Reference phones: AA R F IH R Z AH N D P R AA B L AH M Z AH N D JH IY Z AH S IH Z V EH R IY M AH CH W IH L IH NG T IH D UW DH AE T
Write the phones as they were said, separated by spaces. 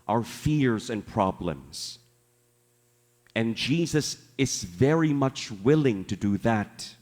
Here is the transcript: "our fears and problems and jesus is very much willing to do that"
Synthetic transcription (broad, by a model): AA R F IH R Z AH N P R AA B L AH M Z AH N JH IY Z AH S IH Z V EH R IY M AH CH W IH L IH NG T IH D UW DH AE T